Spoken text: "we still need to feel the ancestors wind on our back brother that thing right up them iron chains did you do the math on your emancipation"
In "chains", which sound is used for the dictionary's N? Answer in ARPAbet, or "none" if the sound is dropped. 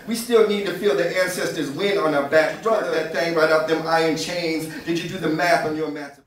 N